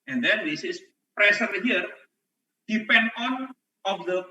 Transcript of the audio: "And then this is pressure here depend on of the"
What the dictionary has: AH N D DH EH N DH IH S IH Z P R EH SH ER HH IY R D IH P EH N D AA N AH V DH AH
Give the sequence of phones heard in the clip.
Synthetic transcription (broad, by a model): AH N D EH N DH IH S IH S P R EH S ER HH IY R D IH P EH N D AA N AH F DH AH